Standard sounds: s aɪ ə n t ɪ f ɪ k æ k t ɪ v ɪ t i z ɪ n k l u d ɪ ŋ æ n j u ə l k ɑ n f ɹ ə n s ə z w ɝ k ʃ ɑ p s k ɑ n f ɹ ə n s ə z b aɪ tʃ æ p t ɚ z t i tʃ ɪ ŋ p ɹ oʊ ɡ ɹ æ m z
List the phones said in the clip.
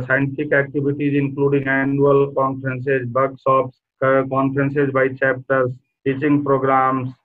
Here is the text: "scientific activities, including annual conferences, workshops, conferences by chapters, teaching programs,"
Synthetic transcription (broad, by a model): s aɪ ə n t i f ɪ k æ k t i b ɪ t i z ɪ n k l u d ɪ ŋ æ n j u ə l k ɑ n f ɹ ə n s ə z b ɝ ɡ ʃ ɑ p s k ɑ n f ɹ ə n s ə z b aɪ tʃ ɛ p t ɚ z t i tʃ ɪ ŋ p ɹ oʊ ɡ ɹ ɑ m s